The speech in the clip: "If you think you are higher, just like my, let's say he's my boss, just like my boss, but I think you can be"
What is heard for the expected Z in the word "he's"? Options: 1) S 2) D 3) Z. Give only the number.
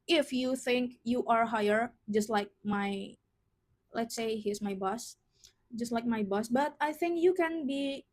1